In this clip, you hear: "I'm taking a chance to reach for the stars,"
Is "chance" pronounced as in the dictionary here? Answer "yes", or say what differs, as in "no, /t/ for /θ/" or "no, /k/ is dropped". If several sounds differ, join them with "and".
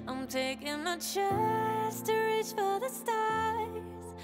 no, /n/ is dropped